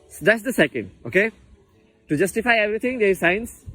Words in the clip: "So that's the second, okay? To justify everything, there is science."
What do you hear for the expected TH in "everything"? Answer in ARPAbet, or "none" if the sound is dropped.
T